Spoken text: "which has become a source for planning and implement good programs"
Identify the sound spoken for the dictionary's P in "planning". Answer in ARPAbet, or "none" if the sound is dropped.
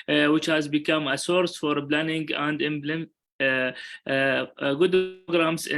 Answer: B